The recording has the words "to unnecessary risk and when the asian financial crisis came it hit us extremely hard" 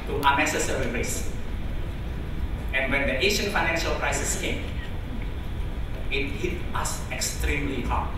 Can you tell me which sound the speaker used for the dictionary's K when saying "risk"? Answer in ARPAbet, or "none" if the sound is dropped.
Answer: none